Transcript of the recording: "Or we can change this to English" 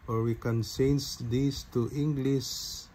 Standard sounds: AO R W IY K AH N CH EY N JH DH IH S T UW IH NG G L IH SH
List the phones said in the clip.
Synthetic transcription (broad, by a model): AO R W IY K AH N S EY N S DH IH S T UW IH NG G L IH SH